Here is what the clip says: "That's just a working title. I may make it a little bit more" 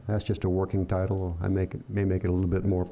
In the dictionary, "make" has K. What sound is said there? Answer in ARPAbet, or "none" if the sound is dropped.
K